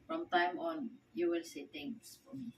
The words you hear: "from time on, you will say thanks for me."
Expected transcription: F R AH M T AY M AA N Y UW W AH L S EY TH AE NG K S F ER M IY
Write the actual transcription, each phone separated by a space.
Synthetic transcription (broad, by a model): F R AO M T AY M AA N Y UW W AH L S EY T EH NG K S F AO M IY